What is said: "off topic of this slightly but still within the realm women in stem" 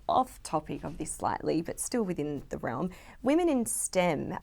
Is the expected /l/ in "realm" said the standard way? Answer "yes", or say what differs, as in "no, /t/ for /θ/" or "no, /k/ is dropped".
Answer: yes